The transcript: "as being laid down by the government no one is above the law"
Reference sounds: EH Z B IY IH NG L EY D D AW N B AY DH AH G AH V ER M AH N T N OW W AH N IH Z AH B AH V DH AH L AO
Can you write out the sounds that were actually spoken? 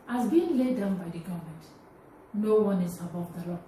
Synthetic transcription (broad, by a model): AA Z B IY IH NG L EY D D AW N B AY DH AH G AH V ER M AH N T N OW W AH N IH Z AH B AH V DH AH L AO